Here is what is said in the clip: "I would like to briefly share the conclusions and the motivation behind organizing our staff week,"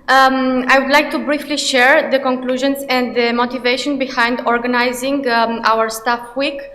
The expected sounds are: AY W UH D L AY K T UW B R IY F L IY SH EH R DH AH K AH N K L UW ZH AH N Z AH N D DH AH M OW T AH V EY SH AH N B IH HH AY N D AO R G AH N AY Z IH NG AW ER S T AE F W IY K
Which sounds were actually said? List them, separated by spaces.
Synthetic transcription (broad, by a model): AY W UH D L AY K T UW B R IY F L IY SH EH R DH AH K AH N K L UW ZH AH N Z AH N D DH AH M OW T AH V EY SH AH N B IH HH AY N D AO R G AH N AY Z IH NG AW ER S T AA F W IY K